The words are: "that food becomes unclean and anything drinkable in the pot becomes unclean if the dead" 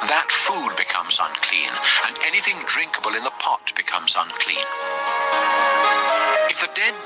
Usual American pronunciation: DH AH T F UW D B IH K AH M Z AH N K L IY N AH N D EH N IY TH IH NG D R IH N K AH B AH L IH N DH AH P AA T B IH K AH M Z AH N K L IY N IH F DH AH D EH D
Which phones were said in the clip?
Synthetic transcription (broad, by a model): DH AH T F UW D B IH K AH M Z AH N K L IY N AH N EH N IY TH IH NG D R IH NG K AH B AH L IH N DH AH P AA T B IH K AH M Z AH N K L IY N IH F DH AH D EH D